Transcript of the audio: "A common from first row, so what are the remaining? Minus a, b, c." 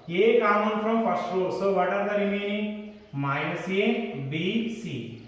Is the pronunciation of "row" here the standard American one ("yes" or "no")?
no